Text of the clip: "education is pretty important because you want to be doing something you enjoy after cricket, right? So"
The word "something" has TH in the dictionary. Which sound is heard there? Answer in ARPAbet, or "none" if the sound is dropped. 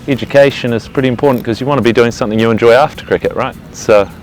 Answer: TH